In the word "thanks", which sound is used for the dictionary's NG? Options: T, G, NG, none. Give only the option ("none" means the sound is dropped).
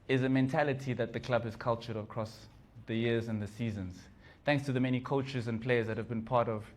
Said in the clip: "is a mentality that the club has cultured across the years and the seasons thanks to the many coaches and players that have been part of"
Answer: NG